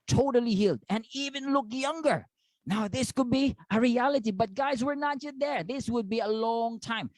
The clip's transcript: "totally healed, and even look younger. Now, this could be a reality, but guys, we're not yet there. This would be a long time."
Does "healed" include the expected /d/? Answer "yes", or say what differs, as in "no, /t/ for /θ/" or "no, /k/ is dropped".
yes